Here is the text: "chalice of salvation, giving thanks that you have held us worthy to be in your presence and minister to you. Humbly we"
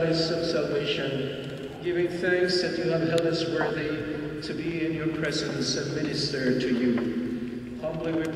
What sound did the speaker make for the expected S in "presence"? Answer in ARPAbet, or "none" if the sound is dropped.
S